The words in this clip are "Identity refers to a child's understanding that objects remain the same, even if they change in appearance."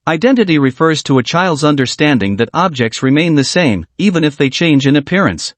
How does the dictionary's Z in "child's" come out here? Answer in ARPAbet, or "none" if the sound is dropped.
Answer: Z